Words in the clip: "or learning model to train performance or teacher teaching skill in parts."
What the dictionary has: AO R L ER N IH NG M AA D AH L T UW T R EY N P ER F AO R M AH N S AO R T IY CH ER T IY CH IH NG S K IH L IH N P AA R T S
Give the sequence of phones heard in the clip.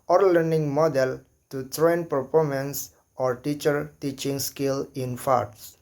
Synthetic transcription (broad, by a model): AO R L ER N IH NG M AA D AH L T UW T R EY N P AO P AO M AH N S AO R T IY CH ER T IY CH IH NG S K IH L IH N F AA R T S